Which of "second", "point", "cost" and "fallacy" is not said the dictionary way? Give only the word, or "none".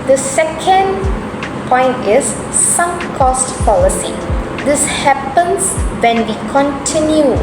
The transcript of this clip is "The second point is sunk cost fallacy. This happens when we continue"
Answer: fallacy